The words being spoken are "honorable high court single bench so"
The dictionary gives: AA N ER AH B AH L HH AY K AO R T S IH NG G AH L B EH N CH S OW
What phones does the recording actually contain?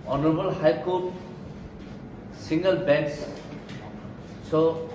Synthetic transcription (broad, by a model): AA N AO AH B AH L HH AY K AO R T S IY NG G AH L B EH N S S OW